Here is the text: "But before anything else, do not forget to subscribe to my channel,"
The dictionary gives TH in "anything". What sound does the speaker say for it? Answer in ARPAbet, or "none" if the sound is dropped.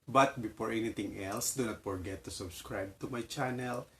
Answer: T